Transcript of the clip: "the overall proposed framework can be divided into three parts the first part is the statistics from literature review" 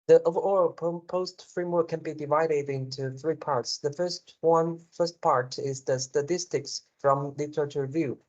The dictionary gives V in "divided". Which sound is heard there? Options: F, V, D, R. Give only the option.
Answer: V